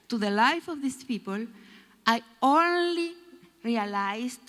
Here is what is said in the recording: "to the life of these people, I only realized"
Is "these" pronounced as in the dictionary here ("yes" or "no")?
no